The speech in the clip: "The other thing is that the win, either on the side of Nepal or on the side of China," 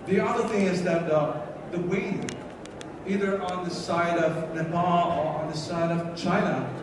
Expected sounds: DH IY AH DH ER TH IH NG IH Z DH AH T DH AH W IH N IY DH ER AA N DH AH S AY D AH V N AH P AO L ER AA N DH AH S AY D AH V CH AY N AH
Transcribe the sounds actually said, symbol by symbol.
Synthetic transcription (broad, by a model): DH IY AH DH ER TH IH NG IH Z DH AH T DH AH W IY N IY DH ER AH N DH AH S AY D AH V N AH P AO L ER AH N DH AH S AY D AH V CH AY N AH